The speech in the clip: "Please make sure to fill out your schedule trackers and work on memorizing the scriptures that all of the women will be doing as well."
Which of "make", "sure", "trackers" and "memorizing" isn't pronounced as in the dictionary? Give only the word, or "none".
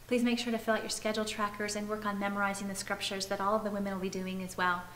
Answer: none